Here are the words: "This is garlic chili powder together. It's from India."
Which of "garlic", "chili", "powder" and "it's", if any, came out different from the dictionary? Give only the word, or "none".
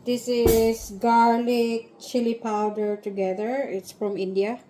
none